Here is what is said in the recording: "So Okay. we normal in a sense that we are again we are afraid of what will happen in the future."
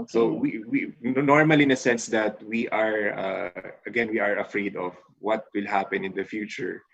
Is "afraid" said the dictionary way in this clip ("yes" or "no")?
yes